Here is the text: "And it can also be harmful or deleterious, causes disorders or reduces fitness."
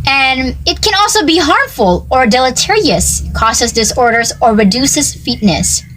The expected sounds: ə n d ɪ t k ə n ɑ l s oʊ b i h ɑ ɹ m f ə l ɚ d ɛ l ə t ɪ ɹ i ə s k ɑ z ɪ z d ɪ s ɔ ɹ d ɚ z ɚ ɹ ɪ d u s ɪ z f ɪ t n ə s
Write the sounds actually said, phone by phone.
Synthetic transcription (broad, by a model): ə n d ɪ t k ə n ɑ l s oʊ b i h ɑ ɹ m f ə l ɚ d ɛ l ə t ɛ ɹ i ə s k ɑ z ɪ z d ɪ s ɔ ɹ d ɚ z ɚ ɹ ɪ d u s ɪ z f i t n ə s